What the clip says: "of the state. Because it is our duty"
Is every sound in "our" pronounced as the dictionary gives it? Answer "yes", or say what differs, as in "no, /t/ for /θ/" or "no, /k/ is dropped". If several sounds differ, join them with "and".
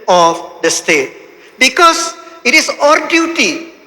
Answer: yes